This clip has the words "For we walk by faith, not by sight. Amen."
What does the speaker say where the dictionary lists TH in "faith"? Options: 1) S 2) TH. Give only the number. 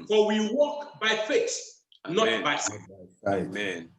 1